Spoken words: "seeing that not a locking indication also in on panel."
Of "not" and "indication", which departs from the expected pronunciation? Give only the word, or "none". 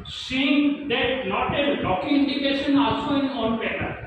not